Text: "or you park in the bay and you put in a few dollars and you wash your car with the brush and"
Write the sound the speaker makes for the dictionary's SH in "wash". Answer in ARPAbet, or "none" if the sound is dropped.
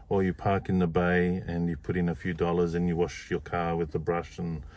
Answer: SH